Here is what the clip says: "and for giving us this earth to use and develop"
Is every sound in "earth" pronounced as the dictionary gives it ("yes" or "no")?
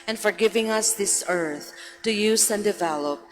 yes